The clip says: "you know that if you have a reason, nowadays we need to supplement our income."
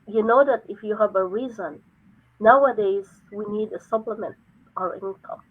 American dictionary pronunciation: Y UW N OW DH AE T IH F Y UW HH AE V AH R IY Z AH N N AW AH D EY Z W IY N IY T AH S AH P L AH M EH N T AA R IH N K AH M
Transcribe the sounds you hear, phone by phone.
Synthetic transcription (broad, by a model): Y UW N OW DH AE T IH F Y UW HH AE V AH R IY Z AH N N AW AH D EY Z W IY N IY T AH S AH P L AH M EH N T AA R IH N K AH M